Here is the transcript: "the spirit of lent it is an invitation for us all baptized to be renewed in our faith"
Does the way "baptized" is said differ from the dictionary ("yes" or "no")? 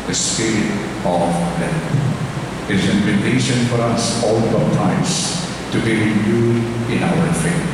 yes